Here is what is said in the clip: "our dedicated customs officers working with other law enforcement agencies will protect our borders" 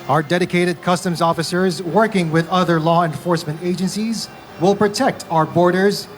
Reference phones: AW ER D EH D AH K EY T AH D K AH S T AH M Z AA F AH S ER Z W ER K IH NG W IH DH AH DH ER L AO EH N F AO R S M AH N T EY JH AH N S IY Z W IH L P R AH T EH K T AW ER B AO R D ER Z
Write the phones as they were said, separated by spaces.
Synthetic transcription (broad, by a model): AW ER D EH D AH K EY T AH D K AH S T AH M Z AA F AH S ER Z W ER K IH NG W IH DH AH DH ER L AO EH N F AO R S M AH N T EY JH AH N S IY Z W IH L P R AH T EH K T AW ER B AO R D ER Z